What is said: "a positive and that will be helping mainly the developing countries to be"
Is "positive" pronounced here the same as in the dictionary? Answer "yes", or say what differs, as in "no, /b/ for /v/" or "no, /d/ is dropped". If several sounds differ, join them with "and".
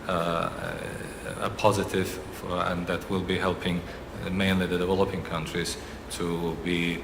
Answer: yes